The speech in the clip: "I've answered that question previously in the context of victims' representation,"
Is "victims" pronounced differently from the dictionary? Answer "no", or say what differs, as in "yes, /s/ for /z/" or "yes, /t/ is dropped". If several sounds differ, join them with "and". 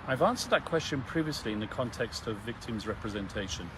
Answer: no